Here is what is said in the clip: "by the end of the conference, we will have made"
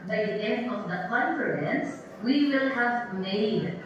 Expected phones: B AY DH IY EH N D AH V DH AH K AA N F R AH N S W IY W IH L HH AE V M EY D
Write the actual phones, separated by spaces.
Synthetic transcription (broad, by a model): B AY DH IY EH N D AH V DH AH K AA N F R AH N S W IY W IH L HH AE V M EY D